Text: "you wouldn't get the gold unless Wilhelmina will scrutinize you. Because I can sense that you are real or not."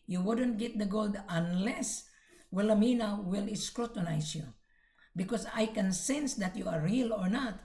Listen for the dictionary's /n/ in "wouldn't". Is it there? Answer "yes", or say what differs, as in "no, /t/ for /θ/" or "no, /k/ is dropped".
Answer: yes